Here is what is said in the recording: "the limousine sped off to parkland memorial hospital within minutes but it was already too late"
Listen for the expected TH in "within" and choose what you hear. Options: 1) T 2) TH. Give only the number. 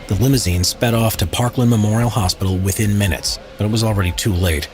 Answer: 2